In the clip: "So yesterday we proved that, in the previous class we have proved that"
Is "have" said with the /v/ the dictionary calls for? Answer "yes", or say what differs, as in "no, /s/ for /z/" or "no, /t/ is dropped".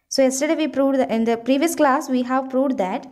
yes